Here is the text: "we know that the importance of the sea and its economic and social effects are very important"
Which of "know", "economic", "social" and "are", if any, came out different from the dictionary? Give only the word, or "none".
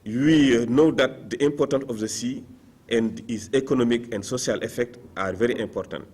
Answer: social